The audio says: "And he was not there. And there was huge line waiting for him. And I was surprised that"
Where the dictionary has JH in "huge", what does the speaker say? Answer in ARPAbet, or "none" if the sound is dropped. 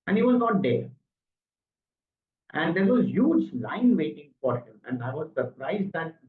JH